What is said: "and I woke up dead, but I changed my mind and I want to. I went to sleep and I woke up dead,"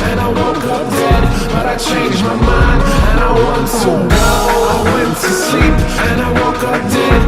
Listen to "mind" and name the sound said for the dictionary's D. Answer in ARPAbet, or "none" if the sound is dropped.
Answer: none